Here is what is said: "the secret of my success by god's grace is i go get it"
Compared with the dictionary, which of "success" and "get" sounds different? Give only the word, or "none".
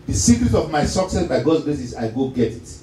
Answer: none